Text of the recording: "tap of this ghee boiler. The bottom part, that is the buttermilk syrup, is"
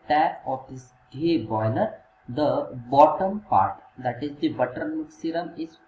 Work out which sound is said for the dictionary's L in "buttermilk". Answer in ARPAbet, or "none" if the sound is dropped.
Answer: none